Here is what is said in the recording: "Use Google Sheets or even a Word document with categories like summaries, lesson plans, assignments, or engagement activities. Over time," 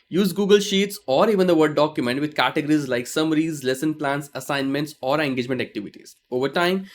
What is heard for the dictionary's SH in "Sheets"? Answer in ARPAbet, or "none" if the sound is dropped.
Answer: SH